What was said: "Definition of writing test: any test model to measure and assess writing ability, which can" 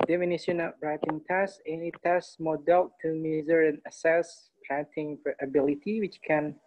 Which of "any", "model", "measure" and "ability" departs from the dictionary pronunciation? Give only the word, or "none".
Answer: measure